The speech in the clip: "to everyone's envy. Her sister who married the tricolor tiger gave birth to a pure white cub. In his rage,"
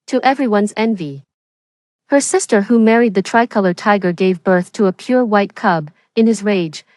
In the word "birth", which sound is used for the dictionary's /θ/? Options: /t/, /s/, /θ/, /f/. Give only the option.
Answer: /θ/